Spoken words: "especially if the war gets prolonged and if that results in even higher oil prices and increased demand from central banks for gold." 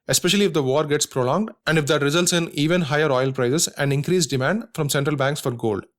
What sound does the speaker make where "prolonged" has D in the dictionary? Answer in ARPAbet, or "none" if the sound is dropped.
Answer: D